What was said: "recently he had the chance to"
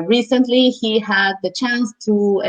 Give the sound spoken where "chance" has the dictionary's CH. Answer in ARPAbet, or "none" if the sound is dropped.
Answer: CH